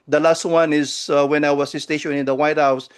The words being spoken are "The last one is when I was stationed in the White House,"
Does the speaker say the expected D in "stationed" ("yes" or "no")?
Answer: no